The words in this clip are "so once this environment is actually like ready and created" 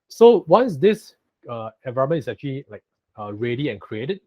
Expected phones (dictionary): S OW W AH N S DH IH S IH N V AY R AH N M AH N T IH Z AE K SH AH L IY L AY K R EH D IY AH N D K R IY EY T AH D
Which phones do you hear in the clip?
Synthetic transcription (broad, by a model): S OW W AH N S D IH S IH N V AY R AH M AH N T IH S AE K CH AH L IY L AY K R EH D IY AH N K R IY EY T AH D